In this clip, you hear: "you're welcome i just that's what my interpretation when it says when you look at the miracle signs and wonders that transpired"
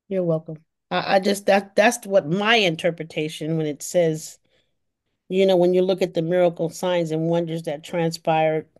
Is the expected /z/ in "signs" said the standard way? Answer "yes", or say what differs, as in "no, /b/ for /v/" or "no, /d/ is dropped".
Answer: yes